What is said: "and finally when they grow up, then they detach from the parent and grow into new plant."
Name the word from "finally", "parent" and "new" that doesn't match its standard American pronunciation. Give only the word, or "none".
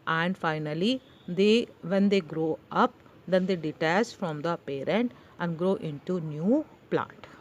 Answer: none